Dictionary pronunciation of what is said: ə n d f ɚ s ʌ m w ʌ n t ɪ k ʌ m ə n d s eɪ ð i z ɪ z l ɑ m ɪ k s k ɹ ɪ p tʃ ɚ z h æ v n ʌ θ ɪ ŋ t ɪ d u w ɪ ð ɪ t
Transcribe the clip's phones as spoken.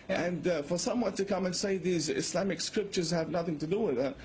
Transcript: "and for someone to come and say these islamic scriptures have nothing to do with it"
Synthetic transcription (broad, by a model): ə n f ɚ s ʌ m w ʌ n t ɪ k ʌ m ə n s eɪ ð i z ɪ s l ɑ m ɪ k s k ɹ ɪ p tʃ ɚ z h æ v n ʌ θ ɪ ŋ t ɪ d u w ɪ ð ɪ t